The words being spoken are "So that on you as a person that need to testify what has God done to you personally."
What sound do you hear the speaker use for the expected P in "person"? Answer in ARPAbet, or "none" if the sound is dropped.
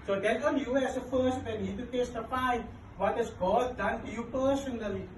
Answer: F